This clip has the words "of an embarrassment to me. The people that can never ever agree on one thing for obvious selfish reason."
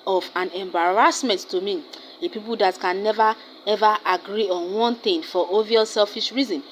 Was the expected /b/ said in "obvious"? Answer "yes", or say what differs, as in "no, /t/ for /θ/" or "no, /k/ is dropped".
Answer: no, /b/ is dropped